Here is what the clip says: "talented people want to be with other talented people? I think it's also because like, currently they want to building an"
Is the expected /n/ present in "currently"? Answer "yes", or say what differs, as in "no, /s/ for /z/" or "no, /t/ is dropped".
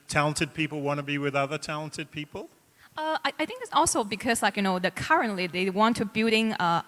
yes